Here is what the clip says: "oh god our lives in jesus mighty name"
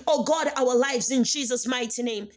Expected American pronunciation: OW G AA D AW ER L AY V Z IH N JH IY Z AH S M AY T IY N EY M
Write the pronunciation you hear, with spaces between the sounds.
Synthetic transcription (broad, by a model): OW G AA D AW ER L AY V Z IH N JH IY Z AH S M AY T IY N EY M